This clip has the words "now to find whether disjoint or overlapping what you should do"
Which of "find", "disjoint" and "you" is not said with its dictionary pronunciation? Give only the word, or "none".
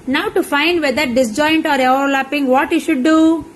none